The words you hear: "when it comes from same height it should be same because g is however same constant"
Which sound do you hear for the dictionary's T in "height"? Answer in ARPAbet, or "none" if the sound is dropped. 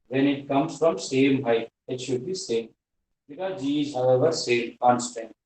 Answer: none